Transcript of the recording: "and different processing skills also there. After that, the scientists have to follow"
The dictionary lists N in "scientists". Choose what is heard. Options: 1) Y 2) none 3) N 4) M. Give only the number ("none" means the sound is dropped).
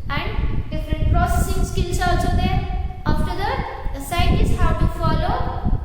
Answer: 2